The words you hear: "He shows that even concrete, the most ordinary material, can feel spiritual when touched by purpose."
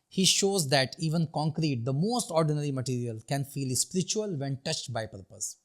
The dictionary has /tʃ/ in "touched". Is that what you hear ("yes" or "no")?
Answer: yes